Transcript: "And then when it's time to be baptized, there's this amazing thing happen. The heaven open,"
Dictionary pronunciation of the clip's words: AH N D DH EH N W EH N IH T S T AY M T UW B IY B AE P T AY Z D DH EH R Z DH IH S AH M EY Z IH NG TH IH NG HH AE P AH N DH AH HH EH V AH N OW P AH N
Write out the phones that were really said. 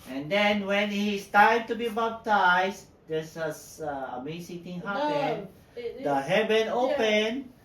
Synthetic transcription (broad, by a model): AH N D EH N W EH N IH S T AY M T UW B IY B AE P T AY S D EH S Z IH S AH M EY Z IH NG T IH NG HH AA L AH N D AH HH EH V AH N OW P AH N